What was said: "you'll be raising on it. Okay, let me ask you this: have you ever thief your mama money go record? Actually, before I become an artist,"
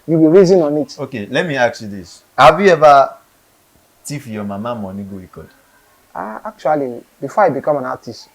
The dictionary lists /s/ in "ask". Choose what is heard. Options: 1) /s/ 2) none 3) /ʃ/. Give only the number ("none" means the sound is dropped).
2